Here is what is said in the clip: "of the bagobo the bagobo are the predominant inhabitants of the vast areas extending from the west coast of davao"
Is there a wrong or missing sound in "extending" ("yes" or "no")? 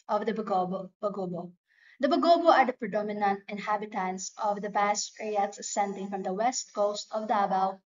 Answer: yes